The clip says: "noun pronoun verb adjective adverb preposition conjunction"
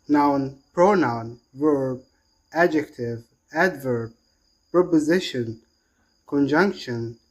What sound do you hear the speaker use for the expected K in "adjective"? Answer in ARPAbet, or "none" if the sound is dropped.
K